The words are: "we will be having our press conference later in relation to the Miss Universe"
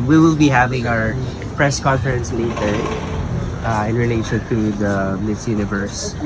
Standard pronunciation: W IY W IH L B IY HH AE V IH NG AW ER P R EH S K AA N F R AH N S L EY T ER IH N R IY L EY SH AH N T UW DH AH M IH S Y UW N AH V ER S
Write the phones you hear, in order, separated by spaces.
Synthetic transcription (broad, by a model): W IY W IH L B IY HH AE V IH NG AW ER P R EH S K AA N F R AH N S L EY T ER IH N R IY L EY SH AH N T UW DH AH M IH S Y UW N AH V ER S